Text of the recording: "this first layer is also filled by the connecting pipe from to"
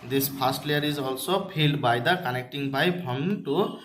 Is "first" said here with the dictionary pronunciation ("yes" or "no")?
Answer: no